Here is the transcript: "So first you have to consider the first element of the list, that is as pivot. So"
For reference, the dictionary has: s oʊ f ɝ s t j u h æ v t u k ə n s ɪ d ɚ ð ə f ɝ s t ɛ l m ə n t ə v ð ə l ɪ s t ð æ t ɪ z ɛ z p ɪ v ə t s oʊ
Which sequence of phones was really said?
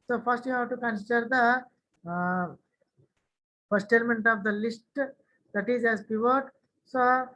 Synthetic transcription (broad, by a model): s oʊ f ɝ s t j u h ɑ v t u k ə n s ɪ d ɚ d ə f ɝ s t ɛ l m ə n t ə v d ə l ɪ s t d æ t ɪ z ɛ z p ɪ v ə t s oʊ